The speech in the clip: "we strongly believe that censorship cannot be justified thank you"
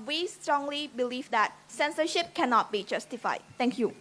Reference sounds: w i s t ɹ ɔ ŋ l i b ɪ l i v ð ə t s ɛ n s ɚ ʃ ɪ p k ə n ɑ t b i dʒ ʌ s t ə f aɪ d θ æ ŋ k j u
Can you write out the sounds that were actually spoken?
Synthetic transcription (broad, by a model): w i s t ɹ ɔ ŋ l i b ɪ l i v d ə t s ɛ n s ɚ ʃ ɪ p k ə n ɑ t b i dʒ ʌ s t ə f aɪ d t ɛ ŋ k j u